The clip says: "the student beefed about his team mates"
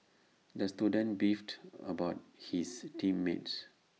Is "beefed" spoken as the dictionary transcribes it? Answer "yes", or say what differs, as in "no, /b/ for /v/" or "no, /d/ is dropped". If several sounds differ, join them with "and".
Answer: yes